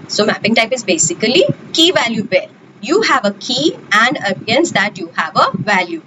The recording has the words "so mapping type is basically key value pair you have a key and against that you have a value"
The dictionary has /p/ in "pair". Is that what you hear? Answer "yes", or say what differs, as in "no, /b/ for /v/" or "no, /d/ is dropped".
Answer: no, /b/ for /p/